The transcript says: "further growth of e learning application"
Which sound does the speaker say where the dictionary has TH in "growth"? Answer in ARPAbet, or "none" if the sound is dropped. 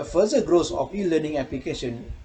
S